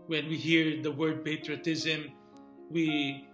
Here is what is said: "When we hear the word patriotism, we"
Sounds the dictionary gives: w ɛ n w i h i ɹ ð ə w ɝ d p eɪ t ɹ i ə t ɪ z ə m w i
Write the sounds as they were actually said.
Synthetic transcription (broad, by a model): w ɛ n w i h i ɹ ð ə w ɝ d p eɪ t ɹ i ə t ɪ z ə m w i